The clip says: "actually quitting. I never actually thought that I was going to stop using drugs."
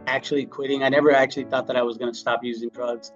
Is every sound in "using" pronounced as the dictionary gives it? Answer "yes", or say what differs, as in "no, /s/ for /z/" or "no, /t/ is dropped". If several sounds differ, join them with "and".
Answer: yes